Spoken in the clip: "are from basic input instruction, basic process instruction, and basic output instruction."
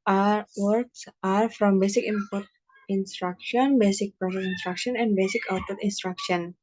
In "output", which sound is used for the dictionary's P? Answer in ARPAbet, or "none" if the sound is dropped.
none